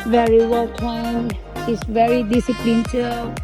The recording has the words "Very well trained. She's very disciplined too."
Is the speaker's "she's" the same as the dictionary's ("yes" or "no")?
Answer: no